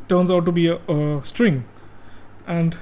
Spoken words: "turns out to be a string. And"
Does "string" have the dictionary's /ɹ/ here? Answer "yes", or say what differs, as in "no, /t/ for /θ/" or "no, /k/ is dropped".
yes